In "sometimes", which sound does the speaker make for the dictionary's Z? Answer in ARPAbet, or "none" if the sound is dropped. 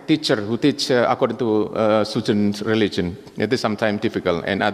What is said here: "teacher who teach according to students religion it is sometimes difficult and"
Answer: none